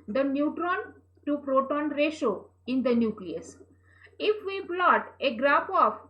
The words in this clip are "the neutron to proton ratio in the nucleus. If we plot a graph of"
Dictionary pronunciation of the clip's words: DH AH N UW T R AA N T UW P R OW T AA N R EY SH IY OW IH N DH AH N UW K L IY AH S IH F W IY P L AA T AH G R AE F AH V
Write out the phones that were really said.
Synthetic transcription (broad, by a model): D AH N UW T R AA N T UW P R OW T AA N R EY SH OW IH N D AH N UW K L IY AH S IH F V IY B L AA T AH G R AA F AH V